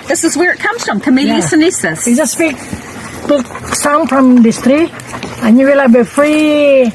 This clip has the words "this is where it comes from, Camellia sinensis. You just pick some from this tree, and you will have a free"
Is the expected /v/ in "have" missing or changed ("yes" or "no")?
yes